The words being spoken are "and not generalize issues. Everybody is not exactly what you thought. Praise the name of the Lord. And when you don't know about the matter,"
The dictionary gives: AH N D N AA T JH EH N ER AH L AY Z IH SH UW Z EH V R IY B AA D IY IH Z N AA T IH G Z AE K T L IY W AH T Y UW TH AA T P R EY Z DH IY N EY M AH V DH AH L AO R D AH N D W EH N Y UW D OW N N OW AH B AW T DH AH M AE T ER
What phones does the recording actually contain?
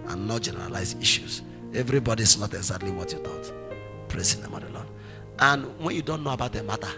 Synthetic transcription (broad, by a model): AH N N AA T JH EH N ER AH L AY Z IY SH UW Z EH V R IY B AA D IY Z N AA T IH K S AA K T L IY W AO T Y UW T AA T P R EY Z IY N EY M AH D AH L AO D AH N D W EH N Y UW D OW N N OW AH B AW T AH M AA T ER